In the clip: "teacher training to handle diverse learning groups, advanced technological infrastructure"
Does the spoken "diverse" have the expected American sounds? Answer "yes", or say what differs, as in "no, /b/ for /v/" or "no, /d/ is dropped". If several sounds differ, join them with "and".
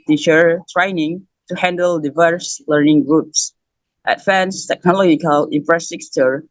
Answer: yes